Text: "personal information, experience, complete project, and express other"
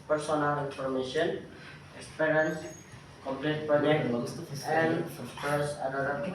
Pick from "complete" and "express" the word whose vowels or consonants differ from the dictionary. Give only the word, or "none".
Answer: express